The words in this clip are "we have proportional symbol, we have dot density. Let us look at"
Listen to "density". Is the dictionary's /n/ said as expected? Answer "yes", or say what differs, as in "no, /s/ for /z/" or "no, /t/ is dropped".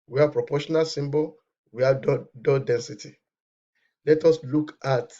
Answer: yes